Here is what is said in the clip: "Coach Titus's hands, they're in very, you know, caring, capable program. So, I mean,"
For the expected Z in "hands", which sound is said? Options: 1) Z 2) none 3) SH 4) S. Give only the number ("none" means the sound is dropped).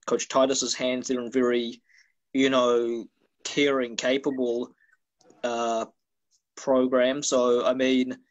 1